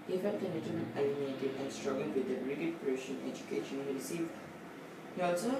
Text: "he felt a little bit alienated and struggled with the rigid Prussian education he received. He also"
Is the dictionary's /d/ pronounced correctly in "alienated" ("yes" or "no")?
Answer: no